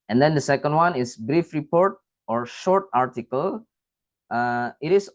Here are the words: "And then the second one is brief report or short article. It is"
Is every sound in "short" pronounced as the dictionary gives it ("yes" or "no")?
yes